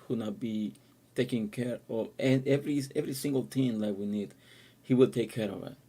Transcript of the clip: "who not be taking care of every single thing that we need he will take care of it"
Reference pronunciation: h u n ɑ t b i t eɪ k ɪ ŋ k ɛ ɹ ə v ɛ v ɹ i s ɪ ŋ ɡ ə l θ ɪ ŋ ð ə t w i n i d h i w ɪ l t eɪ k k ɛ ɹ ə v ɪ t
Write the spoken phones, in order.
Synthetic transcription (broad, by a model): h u n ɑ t b i t eɪ k ɪ ŋ k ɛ ɹ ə v ɛ v ɹ i s ɪ ŋ ɡ ə l t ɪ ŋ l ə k w i n i d h i w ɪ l t eɪ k k ɛ ɹ ə v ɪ t